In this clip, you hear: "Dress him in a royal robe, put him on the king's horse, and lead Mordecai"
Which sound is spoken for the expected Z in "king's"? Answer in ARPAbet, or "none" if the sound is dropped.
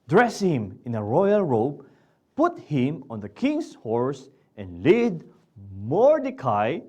S